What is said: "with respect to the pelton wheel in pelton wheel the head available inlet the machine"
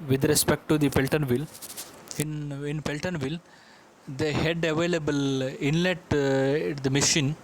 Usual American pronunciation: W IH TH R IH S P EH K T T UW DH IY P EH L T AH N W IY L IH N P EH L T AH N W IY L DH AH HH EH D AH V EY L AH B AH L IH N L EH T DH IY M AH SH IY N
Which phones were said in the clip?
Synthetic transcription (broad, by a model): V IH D R IH S P EH K T T UW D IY P EH L T AH N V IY L IH N P EH L T AH N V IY L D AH HH EH D AH V EY L AH B AH L IH N L EH T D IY M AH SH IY N